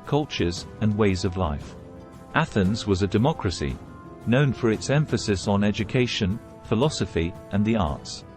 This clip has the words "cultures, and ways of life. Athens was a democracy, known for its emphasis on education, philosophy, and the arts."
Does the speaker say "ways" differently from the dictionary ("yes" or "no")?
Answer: no